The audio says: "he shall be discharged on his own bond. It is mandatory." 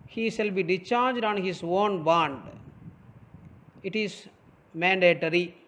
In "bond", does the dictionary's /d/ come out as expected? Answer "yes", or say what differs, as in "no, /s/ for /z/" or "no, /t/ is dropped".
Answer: yes